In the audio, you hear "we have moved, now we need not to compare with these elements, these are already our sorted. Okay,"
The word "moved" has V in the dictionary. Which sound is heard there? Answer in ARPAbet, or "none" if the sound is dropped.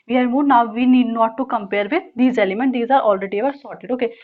none